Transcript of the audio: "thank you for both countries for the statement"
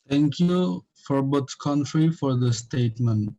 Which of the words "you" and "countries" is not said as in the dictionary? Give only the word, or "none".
countries